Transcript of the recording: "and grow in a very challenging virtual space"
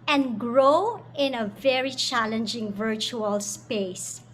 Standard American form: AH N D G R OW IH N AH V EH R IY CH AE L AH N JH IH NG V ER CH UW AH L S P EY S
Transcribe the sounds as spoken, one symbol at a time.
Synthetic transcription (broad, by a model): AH N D G R OW IH N AH V EH R IY CH AE L AH N JH IH NG V ER CH UW AH L S P EY S